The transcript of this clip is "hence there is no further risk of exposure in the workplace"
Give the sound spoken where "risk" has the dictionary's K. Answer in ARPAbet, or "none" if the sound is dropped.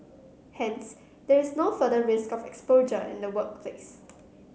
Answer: K